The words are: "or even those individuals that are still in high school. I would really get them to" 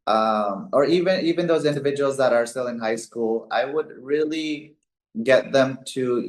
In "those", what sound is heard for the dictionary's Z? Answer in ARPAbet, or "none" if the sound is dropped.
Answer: Z